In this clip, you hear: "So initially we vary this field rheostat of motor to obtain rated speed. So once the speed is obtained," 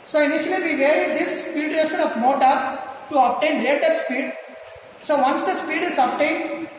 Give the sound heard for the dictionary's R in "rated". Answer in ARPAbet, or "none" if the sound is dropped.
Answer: L